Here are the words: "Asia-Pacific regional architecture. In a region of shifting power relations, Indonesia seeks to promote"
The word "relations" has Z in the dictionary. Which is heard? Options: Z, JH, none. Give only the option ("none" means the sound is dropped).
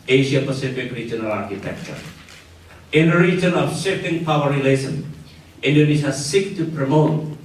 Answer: none